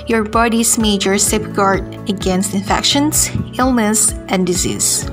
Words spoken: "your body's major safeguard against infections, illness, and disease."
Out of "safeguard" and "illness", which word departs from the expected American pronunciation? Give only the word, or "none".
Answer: safeguard